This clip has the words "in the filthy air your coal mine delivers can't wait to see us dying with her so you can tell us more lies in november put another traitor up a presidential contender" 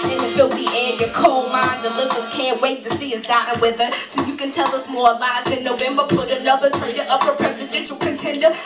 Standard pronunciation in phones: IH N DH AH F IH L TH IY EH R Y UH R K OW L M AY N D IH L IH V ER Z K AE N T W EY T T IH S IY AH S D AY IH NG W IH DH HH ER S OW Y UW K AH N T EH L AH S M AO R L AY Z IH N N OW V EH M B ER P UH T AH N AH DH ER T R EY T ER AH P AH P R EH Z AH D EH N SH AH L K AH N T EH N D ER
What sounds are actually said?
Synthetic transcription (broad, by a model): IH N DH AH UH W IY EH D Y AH R K OW L M AY N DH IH L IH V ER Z K AE N T W EY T T IH S IY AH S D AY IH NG W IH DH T S OW Y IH K AH N T EH L AH S M AO R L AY S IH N N OW V EH M B ER P UH T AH L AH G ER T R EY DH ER AH P AH P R EH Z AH D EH N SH L K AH N T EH N D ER